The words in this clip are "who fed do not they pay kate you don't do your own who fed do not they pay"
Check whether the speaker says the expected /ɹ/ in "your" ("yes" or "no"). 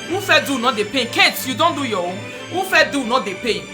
no